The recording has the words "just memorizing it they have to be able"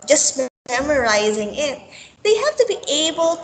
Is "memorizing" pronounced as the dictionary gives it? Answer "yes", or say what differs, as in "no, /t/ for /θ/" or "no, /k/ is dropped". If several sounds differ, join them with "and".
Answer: yes